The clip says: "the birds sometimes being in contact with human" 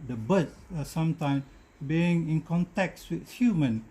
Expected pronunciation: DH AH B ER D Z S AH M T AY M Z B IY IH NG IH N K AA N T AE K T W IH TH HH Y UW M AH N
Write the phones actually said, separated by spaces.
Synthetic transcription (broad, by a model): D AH B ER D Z S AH M T AY M B IY IH NG IH N K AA N T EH K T W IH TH HH Y UW M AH N